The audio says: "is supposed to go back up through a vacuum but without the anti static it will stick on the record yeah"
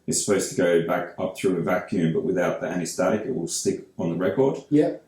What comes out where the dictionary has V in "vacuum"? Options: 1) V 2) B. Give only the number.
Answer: 1